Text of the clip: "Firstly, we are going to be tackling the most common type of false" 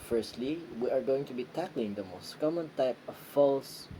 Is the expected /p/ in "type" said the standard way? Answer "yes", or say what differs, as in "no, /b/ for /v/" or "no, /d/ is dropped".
yes